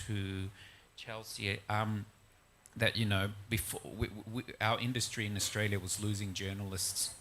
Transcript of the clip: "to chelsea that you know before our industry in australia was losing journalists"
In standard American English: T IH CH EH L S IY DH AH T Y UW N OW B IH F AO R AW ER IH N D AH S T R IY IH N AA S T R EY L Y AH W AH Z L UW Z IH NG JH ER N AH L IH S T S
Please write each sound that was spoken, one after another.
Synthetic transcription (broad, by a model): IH CH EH L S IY DH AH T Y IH N OW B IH F AO W AW ER IH N D AH S T R IY IH N AA S T R EY L Y AH W AH Z L UW Z IH NG JH ER N L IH S T S